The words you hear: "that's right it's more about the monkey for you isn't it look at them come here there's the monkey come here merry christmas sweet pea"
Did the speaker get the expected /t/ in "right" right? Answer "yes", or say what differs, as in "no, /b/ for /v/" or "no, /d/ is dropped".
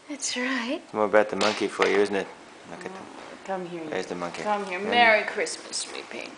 no, /t/ is dropped